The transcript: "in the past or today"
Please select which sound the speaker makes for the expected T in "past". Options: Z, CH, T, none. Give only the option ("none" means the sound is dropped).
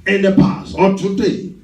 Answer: none